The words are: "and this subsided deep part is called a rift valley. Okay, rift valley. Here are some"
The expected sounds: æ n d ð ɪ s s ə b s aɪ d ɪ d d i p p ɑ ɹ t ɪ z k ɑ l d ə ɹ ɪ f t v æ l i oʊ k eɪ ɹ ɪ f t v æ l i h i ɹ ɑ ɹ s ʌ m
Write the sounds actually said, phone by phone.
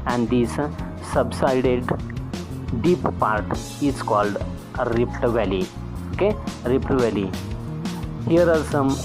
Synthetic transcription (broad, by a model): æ n d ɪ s s ə b s aɪ d ɪ d d i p p ɑ ɹ t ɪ s k ɑ l d ɹ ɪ p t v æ l i oʊ k eɪ ɹ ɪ p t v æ l i h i ɹ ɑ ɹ s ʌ m